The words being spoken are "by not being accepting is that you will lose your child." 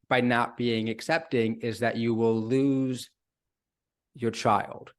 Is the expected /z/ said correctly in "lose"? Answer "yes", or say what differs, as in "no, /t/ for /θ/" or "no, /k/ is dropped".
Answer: yes